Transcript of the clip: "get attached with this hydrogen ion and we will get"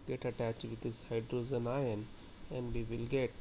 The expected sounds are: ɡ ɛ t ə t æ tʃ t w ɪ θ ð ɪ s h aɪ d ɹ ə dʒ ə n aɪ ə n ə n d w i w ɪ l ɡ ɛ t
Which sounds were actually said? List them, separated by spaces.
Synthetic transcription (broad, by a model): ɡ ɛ t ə t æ tʃ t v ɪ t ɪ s h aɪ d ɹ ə z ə n aɪ ə n ə n d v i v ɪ l ɡ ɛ t